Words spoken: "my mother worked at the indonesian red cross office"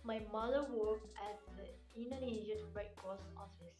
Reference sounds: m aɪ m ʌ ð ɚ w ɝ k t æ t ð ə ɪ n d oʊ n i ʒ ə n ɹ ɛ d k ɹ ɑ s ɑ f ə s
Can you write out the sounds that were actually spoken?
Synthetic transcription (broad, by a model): m aɪ m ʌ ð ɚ w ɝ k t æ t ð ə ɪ n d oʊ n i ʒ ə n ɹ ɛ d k ɑ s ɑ f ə s